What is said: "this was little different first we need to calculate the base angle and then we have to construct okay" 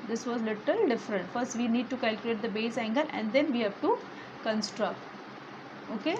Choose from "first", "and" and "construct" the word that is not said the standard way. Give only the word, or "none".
none